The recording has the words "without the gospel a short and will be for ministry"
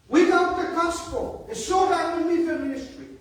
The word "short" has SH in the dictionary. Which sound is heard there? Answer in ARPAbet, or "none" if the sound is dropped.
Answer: S